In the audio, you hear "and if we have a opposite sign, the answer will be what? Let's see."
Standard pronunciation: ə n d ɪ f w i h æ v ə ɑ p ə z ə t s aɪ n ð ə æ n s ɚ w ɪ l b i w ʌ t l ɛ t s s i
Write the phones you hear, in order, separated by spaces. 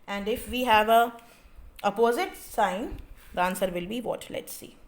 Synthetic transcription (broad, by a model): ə n d ɪ f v i h æ v ə ɑ p ə z ə t s aɪ n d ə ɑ n s ɚ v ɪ l b i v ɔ t l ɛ t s s i